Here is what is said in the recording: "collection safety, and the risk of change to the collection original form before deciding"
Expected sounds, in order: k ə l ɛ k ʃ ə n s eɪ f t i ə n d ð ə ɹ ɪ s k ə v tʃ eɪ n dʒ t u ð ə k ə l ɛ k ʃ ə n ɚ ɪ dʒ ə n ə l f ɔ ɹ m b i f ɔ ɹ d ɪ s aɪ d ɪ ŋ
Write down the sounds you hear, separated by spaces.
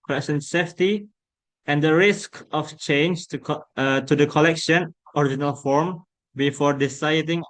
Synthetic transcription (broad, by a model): k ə l ɛ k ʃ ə n s eɪ f t i ə n d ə ɹ ɪ s k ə f tʃ eɪ n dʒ t u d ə k ə l ɛ k ʃ ə n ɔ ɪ dʒ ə n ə l f ɔ ɹ m b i f ɔ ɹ d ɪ s aɪ d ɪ ŋ